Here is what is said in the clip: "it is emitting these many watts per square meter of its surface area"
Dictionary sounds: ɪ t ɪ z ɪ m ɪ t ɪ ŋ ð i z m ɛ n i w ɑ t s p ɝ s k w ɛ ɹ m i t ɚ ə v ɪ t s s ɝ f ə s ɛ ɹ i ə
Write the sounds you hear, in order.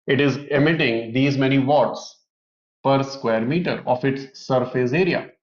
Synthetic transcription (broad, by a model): ɪ t ɪ z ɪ m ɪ t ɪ ŋ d i z m ɛ n i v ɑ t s p ɝ s k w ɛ ɹ m i t ɚ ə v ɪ t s s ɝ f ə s ɛ ɹ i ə